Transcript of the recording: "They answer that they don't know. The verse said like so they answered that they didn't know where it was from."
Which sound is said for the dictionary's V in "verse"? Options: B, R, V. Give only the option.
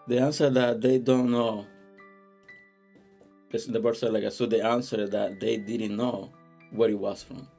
B